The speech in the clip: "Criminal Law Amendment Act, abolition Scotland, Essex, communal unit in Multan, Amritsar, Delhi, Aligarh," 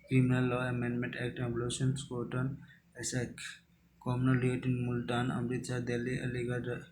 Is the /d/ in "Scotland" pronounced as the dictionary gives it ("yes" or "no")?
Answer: no